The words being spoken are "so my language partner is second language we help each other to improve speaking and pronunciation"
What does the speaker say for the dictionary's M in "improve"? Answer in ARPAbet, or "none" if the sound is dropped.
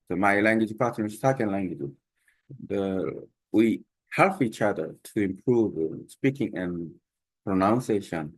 M